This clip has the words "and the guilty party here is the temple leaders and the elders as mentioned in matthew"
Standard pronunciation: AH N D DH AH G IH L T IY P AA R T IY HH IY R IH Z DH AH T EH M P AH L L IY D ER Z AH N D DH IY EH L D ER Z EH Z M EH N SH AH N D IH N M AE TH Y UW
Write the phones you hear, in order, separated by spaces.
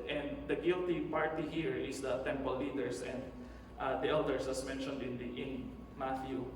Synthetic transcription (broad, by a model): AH N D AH G IH L T IY P AA R T IY HH IY R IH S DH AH T EH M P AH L L IY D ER S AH N D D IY EH L D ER S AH S M EH N SH AH N D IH N M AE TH Y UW